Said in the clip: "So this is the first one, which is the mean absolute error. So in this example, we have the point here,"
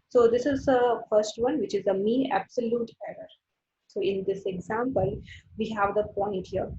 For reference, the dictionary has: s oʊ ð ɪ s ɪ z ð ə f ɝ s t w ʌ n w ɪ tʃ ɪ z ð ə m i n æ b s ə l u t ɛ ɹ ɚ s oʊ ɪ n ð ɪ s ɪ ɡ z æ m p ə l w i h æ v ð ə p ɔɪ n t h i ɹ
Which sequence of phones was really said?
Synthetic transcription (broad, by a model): s oʊ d ɪ s ɪ z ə f ɝ s t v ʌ n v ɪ tʃ ɪ z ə m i æ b s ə l u t ɛ ɹ ɚ s oʊ ɪ n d ɪ s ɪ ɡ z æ m p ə l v i h æ v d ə p ɔɪ n t h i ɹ